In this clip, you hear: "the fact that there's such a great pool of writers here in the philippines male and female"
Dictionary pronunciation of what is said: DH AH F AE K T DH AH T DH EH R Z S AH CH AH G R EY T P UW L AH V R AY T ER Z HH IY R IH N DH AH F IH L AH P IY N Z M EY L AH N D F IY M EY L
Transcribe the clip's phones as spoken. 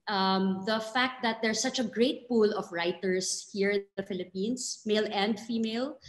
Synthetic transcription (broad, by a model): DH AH F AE K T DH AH T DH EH R S AH CH AH G R EY T P UW L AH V R AY T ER S HH IY R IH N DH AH F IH L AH P IY N S M EY L AH N D F IY M EY L